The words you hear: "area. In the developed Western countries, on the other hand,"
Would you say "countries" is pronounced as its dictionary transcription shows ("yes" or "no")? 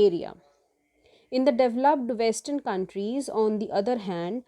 yes